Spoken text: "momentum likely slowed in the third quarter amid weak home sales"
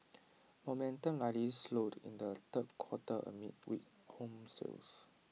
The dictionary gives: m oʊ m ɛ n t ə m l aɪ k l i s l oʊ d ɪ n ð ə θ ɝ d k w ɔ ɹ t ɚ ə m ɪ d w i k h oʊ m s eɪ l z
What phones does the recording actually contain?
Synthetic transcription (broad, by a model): m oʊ m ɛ n t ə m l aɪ l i s l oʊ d ɪ n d ə t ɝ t k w ɔ t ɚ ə m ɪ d w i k h oʊ m s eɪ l s